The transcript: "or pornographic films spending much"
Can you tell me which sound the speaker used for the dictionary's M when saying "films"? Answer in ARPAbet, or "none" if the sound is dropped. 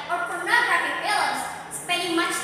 none